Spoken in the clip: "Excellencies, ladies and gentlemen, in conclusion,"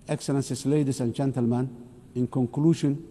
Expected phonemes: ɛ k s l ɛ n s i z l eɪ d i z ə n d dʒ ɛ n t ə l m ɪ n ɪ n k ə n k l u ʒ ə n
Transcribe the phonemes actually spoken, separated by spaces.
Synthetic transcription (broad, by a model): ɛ k s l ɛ n s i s l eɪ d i s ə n dʒ ɛ n t ə l m ɪ n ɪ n k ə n k l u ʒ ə n